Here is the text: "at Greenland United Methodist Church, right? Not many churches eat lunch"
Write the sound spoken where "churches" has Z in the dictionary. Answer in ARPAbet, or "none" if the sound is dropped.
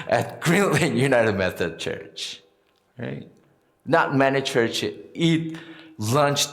none